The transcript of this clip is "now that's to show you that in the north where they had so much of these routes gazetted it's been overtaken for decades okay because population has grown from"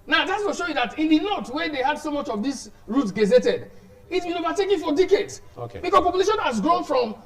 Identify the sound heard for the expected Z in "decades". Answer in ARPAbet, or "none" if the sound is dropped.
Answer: S